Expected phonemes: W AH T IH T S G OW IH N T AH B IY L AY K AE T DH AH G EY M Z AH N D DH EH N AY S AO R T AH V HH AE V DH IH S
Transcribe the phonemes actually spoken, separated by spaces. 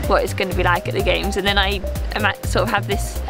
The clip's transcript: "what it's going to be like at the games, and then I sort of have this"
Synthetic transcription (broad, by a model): W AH T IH T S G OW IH N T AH B IY L AY K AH T DH AH G EY M Z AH N DH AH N AY S AO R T AH V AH V DH IH S